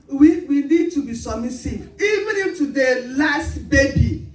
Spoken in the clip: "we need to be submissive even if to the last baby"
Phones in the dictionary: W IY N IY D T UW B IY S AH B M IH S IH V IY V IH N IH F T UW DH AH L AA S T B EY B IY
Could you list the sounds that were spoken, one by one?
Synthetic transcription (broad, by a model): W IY N IY D T UW B IY S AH M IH S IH IY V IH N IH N T UW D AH L AA S T B EY B IY